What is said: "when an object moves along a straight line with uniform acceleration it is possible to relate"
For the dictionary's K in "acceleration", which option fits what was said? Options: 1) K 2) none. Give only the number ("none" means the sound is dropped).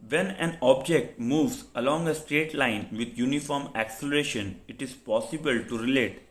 1